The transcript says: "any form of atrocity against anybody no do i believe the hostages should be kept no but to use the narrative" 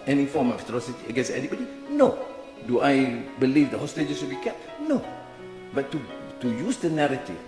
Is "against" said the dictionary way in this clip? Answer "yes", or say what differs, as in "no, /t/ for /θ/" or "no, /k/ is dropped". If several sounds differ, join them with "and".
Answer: no, /t/ is dropped